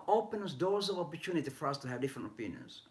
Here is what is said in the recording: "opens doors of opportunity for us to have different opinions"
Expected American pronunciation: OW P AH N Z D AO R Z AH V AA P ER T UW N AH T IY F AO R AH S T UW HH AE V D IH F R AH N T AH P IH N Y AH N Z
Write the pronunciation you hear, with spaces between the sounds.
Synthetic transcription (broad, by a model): OW P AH N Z D AO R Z AH V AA P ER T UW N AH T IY F AO R AH S T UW HH AE V D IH F R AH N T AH P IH N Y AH N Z